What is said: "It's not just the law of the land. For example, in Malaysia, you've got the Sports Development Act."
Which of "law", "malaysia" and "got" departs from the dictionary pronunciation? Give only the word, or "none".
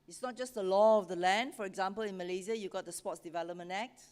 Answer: malaysia